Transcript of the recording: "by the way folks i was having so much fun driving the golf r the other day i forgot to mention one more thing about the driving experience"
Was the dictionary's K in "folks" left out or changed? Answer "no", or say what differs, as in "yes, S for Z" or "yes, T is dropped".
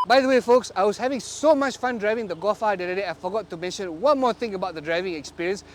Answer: no